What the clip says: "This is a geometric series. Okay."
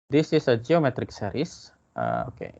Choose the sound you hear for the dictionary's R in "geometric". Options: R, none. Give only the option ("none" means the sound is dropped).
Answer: R